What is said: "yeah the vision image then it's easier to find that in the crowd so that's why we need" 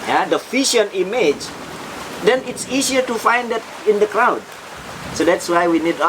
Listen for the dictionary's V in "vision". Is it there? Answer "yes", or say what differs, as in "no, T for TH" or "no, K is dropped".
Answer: no, F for V